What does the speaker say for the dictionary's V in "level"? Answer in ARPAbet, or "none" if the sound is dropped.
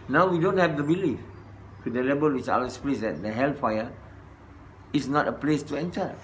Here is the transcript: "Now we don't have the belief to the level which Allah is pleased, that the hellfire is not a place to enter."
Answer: B